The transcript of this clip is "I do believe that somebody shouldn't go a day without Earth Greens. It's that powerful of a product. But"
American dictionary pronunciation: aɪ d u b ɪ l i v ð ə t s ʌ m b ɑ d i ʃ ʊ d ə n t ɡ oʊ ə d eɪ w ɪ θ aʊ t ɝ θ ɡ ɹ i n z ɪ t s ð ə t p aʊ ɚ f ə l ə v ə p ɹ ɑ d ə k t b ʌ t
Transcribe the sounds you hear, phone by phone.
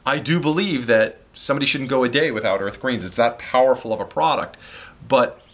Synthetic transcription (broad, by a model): aɪ d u b ɪ l i v ð ə t s ʌ m b ɑ d i ʃ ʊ d n ɡ oʊ ə d eɪ w ɪ θ aʊ t ɝ θ ɡ ɹ i n z ɪ t s ð ə t p aʊ ɚ f l ə v ə p ɹ ɑ d ə k t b ʌ t